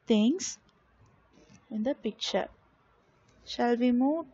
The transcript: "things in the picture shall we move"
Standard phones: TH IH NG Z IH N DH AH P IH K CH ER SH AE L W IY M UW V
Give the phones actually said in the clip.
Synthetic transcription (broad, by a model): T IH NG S IH N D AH P IH K CH ER SH AE L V IY M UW